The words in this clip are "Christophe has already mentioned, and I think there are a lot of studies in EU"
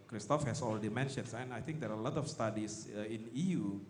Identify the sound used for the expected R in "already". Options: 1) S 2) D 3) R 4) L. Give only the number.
4